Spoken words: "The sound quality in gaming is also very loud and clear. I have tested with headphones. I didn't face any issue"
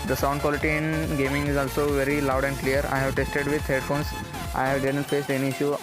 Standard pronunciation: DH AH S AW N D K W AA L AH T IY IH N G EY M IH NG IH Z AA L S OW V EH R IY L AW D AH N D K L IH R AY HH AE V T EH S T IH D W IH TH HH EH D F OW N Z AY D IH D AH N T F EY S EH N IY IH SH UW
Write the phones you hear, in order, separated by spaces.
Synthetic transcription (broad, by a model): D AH S AW N D K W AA L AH T IY IH N G EY M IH NG IH Z AA L S OW V EH R IY L AW D AH N D K L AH R AY HH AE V T EH S T IH D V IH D HH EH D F OW N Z AY D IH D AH N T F EY S EH N IY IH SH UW